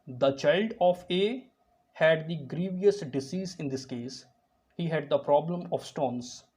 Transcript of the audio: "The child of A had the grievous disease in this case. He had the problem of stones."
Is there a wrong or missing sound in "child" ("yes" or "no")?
no